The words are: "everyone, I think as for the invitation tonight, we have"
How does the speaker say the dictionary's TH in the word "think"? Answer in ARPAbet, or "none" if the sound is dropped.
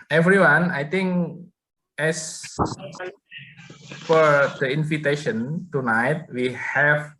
T